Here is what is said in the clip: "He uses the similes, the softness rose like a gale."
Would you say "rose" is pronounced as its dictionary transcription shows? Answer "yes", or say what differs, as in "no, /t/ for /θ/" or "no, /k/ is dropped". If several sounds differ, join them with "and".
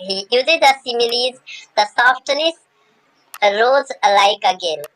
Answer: yes